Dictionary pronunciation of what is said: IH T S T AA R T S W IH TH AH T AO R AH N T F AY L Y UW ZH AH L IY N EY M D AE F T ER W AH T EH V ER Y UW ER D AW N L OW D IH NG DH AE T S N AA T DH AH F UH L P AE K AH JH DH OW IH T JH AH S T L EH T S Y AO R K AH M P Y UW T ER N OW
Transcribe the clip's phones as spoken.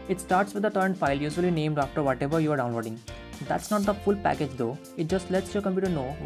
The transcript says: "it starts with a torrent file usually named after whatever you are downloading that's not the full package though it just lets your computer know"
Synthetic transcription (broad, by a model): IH T S T AA R T S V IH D AH T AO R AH N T F AY L Y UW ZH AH L IY N EY M D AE F T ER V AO T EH V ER Y UW ER D AW N L OW D IH NG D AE T S N AA T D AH F UH L P AE K AH JH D OW IH T JH AH S T L EH T S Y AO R K AH M P Y UW T ER N OW